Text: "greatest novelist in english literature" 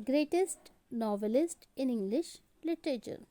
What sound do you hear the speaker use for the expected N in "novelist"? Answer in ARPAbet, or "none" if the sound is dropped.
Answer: N